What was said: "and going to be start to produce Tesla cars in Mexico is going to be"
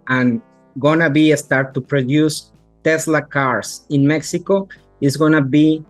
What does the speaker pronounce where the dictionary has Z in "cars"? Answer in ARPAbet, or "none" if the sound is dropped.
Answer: S